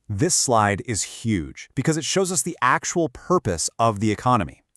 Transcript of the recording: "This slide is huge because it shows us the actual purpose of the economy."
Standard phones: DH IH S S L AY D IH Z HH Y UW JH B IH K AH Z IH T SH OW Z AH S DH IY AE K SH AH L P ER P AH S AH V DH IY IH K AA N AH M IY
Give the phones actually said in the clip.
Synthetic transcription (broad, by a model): DH IH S S L AY D IH Z HH Y UW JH B IH K AH Z IH T SH OW Z AH S DH IY AE K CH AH L P ER P AH S AH V DH IY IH K AA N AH M IY